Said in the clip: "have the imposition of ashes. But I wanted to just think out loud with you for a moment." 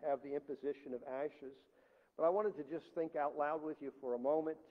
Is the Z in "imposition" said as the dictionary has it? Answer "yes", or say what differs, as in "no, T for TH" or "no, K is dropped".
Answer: yes